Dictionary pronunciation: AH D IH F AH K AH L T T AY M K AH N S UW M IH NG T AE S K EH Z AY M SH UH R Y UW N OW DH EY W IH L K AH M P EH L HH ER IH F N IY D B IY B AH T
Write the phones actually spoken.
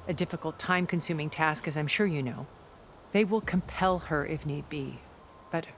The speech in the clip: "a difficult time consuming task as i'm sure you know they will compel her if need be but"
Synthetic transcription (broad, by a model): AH D IH F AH K L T T AY M K AH N S UW M IH NG T AE S K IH Z AY M SH UH R Y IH N OW DH EY W IH L K AH M P EH L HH ER IH F N IY D B IY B AH T